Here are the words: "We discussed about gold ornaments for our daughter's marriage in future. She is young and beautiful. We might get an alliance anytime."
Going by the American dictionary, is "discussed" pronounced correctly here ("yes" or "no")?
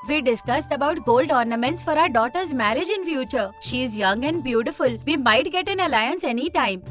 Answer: yes